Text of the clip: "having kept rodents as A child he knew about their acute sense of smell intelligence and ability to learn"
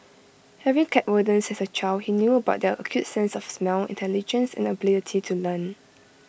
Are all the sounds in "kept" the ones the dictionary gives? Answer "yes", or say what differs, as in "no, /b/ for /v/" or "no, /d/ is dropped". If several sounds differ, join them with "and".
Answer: no, /p/ is dropped